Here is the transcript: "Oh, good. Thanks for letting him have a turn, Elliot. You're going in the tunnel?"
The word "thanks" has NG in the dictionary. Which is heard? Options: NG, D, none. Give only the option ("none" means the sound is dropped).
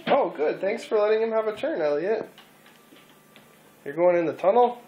NG